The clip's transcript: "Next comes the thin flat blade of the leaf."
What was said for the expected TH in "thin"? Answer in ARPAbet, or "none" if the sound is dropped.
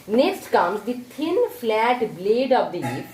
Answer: T